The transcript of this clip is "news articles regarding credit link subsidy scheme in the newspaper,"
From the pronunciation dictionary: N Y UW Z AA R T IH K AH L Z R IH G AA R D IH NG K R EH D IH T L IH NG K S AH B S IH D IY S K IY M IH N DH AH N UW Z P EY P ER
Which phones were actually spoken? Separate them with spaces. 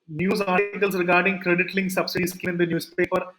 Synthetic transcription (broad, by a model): N Y UW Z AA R T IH K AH L S R IH G AA R D IH NG K R EH D IH T L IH NG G S AH B S IH D IY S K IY IH N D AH N UW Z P EY P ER